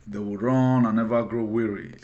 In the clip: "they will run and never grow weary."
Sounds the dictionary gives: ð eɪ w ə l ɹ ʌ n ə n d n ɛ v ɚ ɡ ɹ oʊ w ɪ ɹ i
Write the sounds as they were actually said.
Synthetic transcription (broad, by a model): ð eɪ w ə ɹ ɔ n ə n n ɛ v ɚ ɡ ɹ oʊ w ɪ ɹ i